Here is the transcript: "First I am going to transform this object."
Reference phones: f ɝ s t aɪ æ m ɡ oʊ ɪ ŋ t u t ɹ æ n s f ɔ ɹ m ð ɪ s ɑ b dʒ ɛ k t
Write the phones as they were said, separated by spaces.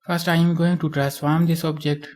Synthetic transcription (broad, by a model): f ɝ s t aɪ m ɡ oʊ ɪ ŋ t u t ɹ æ s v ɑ m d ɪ s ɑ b dʒ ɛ k t